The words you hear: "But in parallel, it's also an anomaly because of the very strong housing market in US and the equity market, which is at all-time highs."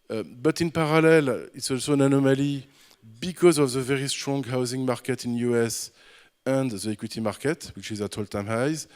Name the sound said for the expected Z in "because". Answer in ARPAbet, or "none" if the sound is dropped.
Z